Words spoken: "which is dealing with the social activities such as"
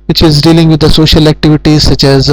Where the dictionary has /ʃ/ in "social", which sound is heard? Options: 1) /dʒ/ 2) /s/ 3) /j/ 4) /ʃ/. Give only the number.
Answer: 4